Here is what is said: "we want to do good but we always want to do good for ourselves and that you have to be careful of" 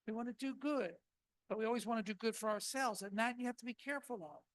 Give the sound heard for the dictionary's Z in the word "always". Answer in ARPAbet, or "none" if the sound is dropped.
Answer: Z